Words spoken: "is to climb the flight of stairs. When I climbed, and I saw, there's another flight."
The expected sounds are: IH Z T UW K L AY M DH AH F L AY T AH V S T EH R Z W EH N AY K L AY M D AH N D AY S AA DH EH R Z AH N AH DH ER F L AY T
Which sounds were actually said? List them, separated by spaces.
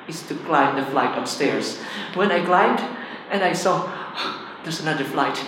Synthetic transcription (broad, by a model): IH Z T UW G L AY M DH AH F L AY T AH P S T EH R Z W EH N AY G L AY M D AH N AY S AA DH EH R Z AH N AH DH ER F L AY T